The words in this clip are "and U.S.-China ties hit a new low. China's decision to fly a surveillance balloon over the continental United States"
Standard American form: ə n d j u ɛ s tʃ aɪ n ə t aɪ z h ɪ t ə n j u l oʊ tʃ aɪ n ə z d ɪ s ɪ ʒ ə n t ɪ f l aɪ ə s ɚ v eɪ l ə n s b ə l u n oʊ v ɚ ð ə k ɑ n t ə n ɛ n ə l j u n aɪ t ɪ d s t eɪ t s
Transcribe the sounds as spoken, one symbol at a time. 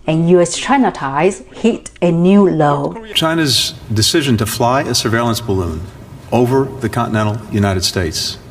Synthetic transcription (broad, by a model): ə n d j u ɛ s tʃ aɪ n ə t aɪ z h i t ə n j u l oʊ tʃ aɪ n ə z d ɪ s ɪ ʒ ə n t ɪ f l aɪ ə s ɚ v eɪ l ə n s b ə l u n oʊ v ɚ ð ə k ɑ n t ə n ɛ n l j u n aɪ t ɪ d s t eɪ t s